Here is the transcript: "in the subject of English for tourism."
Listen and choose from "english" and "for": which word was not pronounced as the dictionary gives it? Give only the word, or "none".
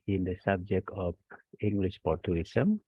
for